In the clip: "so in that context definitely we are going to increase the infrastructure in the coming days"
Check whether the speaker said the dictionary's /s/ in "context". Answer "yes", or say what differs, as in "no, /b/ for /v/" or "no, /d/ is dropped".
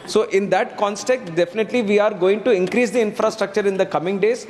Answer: no, /s/ is dropped